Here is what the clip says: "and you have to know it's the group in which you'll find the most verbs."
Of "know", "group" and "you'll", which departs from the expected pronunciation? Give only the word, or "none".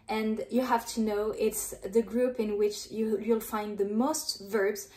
none